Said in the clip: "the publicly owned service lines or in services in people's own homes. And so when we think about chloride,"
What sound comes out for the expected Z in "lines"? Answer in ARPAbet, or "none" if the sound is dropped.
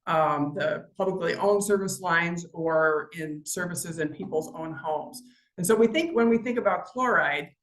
Z